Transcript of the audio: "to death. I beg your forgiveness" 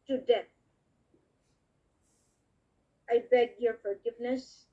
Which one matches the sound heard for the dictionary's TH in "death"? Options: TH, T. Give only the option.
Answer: T